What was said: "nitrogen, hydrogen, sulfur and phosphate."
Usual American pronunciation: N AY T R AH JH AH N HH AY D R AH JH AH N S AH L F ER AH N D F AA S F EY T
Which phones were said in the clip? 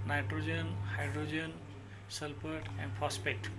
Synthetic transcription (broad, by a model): N AY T R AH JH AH N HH AY D R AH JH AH N S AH L P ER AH N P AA S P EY T